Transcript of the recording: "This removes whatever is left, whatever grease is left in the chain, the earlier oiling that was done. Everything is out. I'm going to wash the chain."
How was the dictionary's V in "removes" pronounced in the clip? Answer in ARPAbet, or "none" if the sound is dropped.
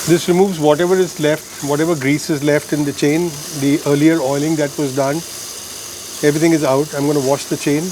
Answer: V